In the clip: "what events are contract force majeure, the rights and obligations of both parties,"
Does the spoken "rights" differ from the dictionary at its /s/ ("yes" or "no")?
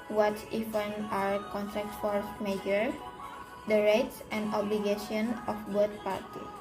no